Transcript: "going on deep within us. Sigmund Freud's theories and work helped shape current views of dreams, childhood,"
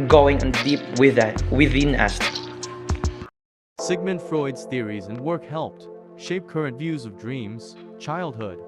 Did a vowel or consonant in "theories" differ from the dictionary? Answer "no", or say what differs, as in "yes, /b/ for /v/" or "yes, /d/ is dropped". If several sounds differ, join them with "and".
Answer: no